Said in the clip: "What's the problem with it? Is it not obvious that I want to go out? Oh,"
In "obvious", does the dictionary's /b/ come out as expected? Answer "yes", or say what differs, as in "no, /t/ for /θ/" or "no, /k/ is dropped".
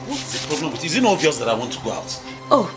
no, /b/ is dropped